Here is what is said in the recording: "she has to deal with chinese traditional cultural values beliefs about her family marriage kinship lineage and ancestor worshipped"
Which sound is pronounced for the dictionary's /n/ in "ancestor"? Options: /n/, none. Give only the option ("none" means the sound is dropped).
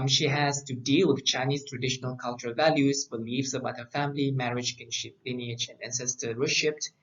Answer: /n/